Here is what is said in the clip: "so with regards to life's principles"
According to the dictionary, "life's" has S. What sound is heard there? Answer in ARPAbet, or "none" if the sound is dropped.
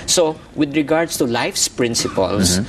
S